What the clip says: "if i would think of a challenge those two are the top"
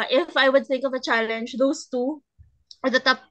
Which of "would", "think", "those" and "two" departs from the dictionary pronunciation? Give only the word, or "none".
those